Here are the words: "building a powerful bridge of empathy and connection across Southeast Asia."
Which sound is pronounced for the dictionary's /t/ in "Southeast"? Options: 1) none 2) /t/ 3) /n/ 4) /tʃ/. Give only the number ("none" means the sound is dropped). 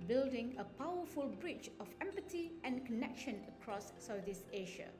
1